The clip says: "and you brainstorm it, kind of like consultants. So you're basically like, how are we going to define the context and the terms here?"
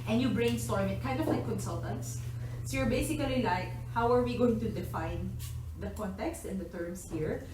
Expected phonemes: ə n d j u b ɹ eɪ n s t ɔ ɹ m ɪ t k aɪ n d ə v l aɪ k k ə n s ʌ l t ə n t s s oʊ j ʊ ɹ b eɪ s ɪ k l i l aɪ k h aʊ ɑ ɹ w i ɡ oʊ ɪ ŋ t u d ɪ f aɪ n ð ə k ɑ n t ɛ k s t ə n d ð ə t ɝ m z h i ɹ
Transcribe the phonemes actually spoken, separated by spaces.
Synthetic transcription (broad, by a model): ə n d j u b ɹ eɪ n s t ɔ ɹ m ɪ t k aɪ n d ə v l aɪ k k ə n s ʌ l t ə n t s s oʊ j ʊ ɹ b eɪ s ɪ k l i l aɪ k h aʊ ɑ ɹ w i ɡ oʊ ɪ ŋ t u d ɪ f aɪ n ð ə k ɑ n t ɛ k s t ə n d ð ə t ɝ m s h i ɹ